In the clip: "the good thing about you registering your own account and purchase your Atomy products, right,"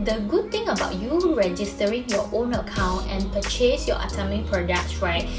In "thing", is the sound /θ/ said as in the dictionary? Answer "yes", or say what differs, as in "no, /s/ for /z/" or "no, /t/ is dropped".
no, /t/ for /θ/